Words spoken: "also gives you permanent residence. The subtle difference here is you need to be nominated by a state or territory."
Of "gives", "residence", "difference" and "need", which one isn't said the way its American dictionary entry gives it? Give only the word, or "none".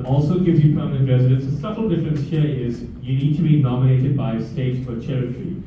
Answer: none